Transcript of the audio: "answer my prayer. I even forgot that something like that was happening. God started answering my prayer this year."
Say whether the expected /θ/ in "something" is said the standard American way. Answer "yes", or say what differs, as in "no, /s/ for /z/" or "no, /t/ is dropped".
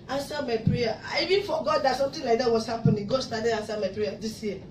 no, /t/ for /θ/